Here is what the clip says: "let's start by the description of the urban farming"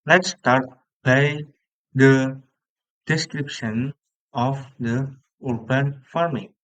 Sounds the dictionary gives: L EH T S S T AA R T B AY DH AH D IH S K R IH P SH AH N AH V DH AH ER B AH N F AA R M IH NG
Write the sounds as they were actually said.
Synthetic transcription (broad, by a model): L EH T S S T AA R T B AY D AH D IH S K R IH P SH AH N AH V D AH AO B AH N F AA R M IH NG